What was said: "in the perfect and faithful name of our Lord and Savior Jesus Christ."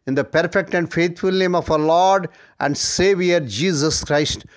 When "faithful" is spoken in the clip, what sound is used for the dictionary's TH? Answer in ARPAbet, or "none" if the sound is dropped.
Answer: T